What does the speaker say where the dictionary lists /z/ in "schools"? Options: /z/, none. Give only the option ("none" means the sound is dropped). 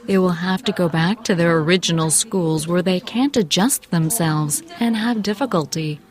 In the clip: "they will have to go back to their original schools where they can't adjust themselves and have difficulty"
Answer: /z/